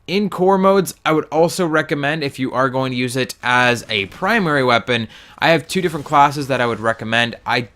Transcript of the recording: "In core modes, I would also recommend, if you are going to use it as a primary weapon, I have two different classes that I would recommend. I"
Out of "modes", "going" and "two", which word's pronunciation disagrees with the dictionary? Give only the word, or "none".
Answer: none